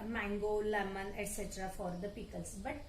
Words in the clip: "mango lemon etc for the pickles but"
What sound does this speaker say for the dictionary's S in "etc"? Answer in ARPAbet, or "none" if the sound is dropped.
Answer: S